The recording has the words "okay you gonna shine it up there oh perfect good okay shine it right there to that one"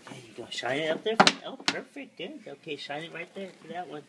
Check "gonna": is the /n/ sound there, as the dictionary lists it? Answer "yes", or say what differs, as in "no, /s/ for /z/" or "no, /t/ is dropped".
no, /n/ is dropped